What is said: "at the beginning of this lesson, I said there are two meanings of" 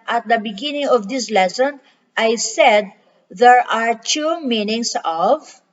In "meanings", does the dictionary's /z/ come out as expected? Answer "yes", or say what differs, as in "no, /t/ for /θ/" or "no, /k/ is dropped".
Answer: no, /s/ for /z/